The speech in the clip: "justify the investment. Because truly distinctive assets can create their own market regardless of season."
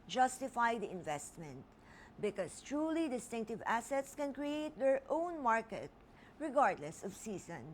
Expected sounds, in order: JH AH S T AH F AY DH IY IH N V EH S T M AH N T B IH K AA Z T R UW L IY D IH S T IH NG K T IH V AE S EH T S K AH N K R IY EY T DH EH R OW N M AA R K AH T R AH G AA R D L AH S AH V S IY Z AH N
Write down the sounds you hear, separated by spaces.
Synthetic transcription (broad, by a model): JH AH S T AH F AY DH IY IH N V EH S T M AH N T B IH K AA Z T R UW L IY D IH S T IH NG K T IH V AE S EH T S K AH N K R IY EY T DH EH R OW N M AA R K AH T R AH G AA R D L AH S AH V S IY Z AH N